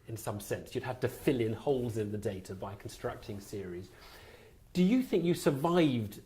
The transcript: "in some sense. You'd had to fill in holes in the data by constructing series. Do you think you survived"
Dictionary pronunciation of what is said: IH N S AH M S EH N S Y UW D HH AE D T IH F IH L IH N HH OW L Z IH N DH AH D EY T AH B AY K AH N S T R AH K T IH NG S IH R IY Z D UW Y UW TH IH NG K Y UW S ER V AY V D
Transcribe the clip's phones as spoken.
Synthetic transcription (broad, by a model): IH N S AH M S EH N S Y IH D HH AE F T IH F IH L IH N HH OW L Z IH N DH AH D EY T AH B AY K N S T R AH K T IH NG S IH R IY Z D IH Y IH TH IH NG K Y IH S ER V AY V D